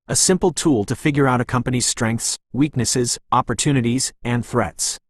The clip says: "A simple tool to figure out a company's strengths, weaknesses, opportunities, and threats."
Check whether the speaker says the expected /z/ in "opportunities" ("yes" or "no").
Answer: yes